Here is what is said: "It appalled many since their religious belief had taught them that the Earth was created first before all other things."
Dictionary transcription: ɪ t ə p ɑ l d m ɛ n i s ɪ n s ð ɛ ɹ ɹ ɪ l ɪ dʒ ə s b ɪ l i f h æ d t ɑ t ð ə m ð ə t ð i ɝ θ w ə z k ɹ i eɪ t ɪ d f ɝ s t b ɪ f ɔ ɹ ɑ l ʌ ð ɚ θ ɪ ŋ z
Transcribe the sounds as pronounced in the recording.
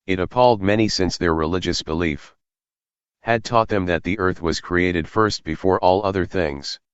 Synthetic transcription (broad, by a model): ɪ t ə p ɑ l d m ɛ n i s ɪ n s ð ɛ ɹ ɹ ɪ l ɪ dʒ ə s b ɪ l i f h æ d t ɑ t ð ə m ð ə t ð i ɝ θ w ə z k ɹ i eɪ t ɪ d f ɝ s t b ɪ f ɔ ɹ ɑ l ʌ ð ɚ θ ɪ ŋ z